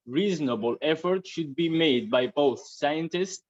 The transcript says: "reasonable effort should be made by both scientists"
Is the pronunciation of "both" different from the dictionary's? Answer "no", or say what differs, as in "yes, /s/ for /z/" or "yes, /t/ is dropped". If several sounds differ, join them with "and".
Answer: no